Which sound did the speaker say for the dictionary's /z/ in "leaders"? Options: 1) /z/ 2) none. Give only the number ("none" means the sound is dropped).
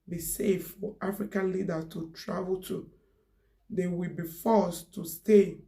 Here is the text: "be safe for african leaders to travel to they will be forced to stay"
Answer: 2